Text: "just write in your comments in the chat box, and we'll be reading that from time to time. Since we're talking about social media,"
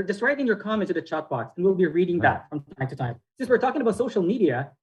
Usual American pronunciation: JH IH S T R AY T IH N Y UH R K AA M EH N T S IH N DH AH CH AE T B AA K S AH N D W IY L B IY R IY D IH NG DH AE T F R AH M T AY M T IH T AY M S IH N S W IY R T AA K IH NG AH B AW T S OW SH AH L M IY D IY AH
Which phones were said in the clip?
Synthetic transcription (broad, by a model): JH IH S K R AY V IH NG Y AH R K AA M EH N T IH DH AH CH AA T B AA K S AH N W IY L B IY R IY D IH NG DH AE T F R AH M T AY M T IH T AY M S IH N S W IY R T AA K IH NG AH B AW T S OW SH L M IY D IY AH